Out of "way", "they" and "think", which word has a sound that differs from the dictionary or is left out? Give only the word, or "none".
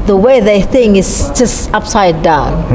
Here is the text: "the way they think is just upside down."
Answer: none